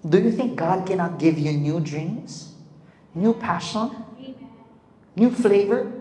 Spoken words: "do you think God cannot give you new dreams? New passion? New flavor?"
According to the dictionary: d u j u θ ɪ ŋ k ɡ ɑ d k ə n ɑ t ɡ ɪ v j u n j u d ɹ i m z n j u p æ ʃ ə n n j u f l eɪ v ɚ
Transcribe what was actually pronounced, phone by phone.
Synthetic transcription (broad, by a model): d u j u θ ɪ ŋ k ɡ ɑ d k ə n ɑ t ɡ ɪ v j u n j u d ɹ i m z n j u p æ ʃ ə n n j u f l eɪ v ɚ